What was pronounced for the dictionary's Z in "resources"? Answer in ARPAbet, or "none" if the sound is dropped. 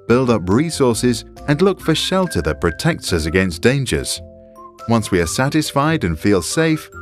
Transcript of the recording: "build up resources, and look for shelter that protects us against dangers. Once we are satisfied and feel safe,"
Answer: Z